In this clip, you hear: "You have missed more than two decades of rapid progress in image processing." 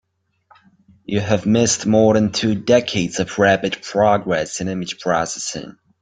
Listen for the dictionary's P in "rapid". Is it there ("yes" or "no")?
no